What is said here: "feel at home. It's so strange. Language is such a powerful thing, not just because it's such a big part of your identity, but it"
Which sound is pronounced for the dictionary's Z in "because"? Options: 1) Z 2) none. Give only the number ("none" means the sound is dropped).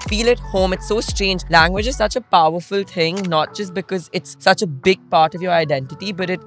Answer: 1